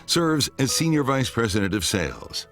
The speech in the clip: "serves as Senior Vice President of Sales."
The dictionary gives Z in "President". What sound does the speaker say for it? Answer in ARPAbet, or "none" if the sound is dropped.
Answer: Z